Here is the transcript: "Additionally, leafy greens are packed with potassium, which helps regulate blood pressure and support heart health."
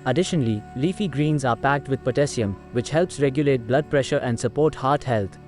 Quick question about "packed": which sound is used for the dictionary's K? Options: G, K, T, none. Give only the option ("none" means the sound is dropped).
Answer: K